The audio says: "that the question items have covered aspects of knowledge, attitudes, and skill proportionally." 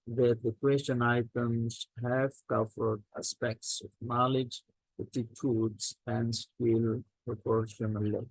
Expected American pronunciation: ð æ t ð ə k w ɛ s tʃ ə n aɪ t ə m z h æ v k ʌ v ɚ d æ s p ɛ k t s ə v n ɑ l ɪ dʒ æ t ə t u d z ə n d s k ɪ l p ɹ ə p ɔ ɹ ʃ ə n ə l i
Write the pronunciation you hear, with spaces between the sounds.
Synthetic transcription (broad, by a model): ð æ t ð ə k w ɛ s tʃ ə n aɪ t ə m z h æ v k ʌ v ɚ d æ s p ɛ k t s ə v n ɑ l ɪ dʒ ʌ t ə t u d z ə n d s ɪ l p ɹ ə p ɔ ɹ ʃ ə n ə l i